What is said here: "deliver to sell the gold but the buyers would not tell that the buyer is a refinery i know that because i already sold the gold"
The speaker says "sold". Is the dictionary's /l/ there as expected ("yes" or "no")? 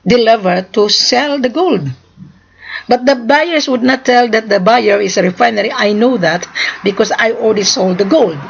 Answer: yes